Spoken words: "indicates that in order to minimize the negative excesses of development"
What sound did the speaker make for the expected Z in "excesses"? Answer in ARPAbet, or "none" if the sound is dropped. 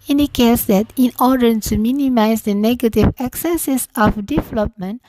S